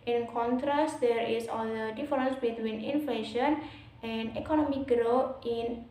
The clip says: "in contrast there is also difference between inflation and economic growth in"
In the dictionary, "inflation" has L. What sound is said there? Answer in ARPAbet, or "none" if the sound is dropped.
L